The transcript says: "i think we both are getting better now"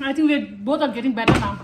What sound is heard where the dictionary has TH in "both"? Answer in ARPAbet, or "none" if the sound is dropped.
T